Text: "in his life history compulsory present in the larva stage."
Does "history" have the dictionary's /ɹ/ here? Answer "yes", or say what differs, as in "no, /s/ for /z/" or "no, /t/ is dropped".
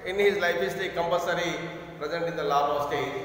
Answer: no, /ɹ/ is dropped